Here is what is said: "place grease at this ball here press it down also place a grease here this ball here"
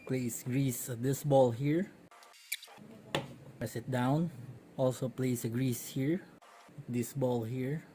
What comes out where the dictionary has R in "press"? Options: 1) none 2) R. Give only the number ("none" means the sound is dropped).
1